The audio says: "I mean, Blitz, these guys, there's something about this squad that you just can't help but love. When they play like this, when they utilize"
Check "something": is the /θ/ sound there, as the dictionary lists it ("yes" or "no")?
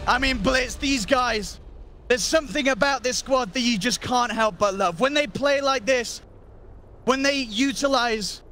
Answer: yes